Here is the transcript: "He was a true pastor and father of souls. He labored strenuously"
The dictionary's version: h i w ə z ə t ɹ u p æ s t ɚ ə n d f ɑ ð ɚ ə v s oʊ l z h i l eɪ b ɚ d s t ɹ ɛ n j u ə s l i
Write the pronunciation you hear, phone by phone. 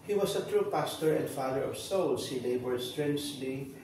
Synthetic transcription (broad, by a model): h i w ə s ə t ɹ u p æ s t ɚ ə n d f ɑ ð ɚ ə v s oʊ l s h i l eɪ b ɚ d s t ɹ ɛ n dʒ l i